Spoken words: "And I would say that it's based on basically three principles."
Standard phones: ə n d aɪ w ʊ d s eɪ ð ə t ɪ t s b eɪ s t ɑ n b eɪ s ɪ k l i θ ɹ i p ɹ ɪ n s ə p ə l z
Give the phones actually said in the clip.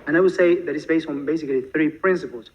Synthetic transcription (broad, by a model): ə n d aɪ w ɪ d s eɪ ð ə t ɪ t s b eɪ s t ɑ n b eɪ s ɪ k l i θ ɹ i p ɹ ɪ n s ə p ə l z